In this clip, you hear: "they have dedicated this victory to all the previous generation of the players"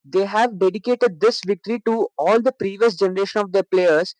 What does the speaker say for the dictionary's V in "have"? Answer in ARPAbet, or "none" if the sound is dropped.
V